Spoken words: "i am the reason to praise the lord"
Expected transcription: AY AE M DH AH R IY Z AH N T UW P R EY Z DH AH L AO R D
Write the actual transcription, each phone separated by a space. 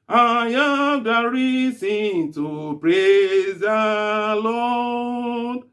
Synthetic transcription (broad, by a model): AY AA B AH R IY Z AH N T UW P R EY Z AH L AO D